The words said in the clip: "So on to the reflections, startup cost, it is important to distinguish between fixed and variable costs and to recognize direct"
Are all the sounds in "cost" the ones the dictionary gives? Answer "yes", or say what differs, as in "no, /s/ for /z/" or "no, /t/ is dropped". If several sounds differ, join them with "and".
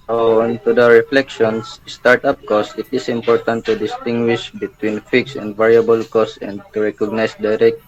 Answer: no, /t/ is dropped